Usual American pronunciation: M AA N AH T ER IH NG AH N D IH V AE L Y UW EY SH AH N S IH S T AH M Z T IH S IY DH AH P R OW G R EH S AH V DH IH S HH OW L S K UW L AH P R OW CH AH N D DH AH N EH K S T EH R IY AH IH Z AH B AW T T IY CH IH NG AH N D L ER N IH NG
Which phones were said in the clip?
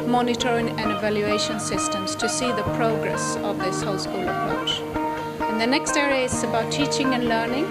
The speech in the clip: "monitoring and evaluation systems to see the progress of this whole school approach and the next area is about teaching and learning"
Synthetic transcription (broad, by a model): M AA N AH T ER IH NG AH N IH V AE L Y UW EY SH AH N S IH S T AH M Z T IH S IY DH AH P R OW G R EH S AH V DH IH S HH OW L S K UW L AH P R OW CH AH N DH AH N EH K S T EH R IY AH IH S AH B AW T T IY CH IH NG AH N L ER N IH NG